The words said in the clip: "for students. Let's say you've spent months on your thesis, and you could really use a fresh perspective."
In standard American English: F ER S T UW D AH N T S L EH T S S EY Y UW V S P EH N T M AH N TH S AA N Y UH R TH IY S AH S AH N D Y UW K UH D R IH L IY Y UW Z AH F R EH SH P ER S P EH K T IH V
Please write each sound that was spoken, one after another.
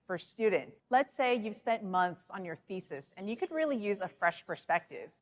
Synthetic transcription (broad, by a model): F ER S T UW D N T S L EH T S S EY Y UW V S P EH N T M AH N TH S N Y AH R TH IY S AH S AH N Y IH K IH D R IH L IY Y UW Z AH F R EH SH P ER S P EH K T IH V